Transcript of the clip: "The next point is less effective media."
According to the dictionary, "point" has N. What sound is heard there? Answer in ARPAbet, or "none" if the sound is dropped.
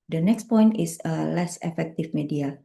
N